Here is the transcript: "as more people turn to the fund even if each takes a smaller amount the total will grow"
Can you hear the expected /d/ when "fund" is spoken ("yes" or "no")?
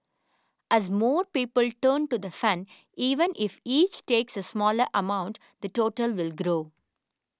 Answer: no